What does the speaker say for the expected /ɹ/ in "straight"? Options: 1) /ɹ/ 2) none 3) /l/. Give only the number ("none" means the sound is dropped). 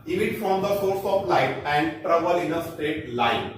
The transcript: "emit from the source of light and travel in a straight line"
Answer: 2